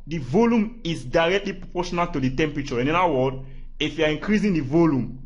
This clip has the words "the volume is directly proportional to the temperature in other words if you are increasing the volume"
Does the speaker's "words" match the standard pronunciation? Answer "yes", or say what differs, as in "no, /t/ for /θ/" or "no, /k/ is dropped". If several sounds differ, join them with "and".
no, /z/ is dropped